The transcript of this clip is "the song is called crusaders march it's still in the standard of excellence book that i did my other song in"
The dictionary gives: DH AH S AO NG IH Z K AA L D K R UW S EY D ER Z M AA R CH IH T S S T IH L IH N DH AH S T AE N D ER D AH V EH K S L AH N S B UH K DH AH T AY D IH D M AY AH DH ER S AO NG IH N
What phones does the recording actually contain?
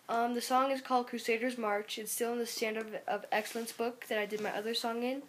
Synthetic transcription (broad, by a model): DH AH S AO NG IH Z K AA L D K R UW S EY D ER Z M AA R CH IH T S S T IH L IH N DH AH S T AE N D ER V AH V EH K S L AH N S B UH K DH AH T AY D IH D M AY AH DH ER S AO NG IH N